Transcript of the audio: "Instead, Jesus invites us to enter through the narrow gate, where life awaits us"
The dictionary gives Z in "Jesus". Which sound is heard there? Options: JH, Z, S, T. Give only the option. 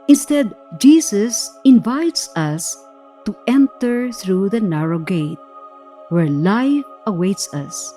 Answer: S